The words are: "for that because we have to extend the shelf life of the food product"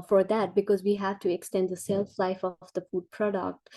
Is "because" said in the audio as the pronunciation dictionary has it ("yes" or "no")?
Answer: yes